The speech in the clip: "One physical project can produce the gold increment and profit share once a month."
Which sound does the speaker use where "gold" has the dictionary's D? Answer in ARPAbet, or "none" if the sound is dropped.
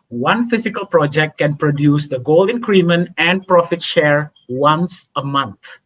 none